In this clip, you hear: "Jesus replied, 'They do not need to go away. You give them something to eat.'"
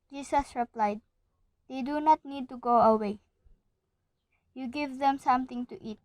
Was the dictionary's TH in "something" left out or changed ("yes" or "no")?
yes